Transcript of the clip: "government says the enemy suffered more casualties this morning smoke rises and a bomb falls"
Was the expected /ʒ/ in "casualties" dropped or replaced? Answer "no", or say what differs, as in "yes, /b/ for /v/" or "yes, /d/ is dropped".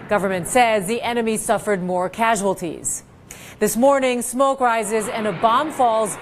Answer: no